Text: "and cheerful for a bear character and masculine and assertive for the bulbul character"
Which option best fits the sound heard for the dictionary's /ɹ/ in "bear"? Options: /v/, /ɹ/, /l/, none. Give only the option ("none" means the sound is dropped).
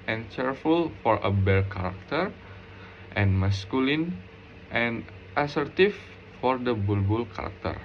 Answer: /l/